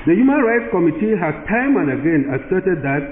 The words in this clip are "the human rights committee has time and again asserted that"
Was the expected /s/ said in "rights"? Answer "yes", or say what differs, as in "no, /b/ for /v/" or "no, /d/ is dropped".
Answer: yes